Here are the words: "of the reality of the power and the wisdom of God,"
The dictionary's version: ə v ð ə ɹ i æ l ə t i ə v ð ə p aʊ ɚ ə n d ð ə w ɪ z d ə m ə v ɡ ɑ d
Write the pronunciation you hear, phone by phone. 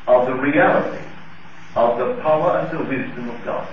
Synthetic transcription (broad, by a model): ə v ð ə ɹ i æ l ə t i ə v ð ə p aʊ ɚ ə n ð ə w ɪ z d ə m ə v ɡ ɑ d